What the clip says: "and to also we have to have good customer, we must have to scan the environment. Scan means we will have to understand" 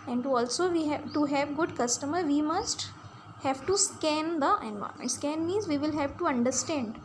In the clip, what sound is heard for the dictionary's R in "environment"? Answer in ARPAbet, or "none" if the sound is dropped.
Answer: none